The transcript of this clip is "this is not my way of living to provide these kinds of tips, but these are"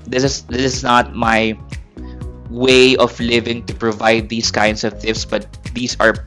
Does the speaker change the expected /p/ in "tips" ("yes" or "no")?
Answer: yes